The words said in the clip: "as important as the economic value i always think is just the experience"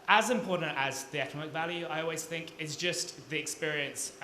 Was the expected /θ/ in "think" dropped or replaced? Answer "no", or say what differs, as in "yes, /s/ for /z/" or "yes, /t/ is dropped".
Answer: no